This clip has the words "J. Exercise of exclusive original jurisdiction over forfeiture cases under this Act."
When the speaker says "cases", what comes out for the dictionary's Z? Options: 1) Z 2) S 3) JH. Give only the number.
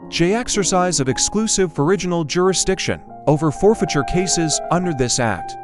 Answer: 1